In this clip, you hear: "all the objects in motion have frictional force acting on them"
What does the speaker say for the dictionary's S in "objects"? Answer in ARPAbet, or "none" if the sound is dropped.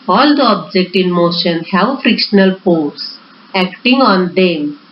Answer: none